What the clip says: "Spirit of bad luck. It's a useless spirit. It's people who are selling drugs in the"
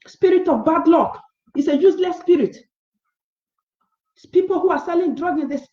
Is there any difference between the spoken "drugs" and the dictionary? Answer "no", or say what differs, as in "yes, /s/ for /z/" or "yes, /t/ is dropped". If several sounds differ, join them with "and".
yes, /z/ is dropped